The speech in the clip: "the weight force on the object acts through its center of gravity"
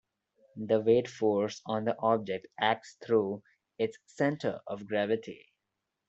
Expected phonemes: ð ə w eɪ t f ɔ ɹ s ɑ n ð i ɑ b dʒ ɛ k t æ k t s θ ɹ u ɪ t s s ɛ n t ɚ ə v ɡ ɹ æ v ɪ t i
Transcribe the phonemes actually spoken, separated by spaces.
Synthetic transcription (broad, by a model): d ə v eɪ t f ɔ ɹ s ɑ n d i ɑ b dʒ ɛ k t æ k t s t ɹ u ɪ t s s ɛ n t ɚ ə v ɡ ɹ æ v ɪ t i